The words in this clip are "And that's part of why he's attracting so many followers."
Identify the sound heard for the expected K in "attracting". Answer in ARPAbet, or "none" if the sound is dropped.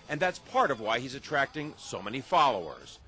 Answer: K